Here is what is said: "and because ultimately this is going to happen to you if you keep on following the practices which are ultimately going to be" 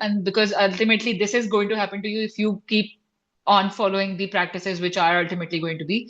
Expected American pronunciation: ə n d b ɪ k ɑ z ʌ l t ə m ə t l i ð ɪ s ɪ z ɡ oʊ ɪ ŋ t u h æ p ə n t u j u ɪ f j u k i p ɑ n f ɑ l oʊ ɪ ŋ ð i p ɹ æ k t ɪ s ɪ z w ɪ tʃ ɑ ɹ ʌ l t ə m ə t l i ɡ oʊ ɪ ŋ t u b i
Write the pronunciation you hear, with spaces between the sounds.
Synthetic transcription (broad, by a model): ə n d b ɪ k ɑ z ʌ l t ə m ə t l i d ɪ s ɪ z ɡ oʊ ɪ ŋ t u h æ p ə n t u j u ɪ f j u k i p ɑ n f ɑ l oʊ ɪ ŋ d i p ɹ æ k t ɪ s ɪ z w ɪ tʃ ɑ ɹ ʌ l t ə m ə t l i ɡ oʊ ɪ ŋ t u b i